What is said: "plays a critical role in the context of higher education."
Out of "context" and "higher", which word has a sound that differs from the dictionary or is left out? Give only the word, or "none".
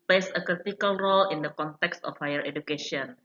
none